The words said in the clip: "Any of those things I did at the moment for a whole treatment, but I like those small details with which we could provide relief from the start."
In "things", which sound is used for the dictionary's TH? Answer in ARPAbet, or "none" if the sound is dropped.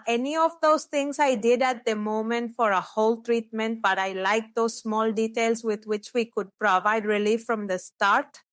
T